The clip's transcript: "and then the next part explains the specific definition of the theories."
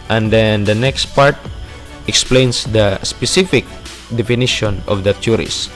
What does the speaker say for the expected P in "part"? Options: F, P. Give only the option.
P